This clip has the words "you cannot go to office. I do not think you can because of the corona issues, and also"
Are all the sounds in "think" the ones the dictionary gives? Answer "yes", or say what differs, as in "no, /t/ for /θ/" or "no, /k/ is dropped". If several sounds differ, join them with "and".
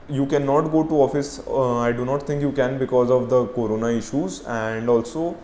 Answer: no, /t/ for /θ/